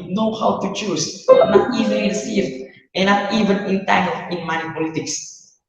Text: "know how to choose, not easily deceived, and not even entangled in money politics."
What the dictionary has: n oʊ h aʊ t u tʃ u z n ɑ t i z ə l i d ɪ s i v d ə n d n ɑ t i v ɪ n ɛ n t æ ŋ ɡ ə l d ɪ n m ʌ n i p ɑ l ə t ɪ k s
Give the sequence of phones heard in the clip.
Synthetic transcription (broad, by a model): n oʊ h aʊ t u tʃ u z n ɑ t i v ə n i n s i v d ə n n ɑ t i v ɪ n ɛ n t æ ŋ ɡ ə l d ɪ n m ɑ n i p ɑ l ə t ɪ k s